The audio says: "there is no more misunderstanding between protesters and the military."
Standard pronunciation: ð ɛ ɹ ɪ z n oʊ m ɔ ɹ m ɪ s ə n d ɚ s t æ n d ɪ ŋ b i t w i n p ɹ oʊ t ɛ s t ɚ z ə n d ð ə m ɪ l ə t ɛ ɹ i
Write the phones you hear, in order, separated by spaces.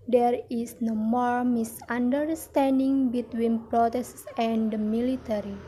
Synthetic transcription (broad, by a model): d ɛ ɹ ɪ s n oʊ m ɔ ɹ m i s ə n d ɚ s t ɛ n d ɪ ŋ b i t w i n p ɹ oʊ t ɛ s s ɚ ə n d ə m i l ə t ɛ ɹ i